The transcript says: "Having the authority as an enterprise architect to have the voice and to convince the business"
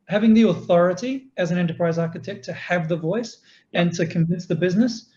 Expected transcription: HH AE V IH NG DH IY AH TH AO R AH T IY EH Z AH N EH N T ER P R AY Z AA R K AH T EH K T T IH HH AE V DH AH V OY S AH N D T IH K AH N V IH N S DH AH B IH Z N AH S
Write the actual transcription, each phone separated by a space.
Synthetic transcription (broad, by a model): HH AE V IH NG DH IY AH TH AO R AH T IY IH Z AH N EH N T ER P R AY Z AA R K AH T EH K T T IH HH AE V DH AH V OY S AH N T IH K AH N V IH N S DH AH B IH Z N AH S